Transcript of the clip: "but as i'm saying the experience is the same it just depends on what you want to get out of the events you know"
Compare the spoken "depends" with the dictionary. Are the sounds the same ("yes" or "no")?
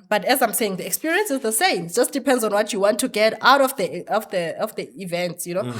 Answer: yes